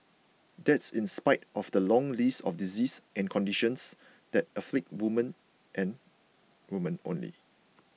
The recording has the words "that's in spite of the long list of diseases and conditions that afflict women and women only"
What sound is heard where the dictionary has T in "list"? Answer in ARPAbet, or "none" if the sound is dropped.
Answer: none